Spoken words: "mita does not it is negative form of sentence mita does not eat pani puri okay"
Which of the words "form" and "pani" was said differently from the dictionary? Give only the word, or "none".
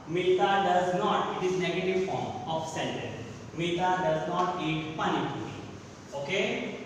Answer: none